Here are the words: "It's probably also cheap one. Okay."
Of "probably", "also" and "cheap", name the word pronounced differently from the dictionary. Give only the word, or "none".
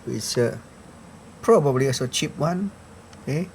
also